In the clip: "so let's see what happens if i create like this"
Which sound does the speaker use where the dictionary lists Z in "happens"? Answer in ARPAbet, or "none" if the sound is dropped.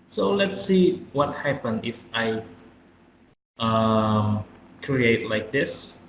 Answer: none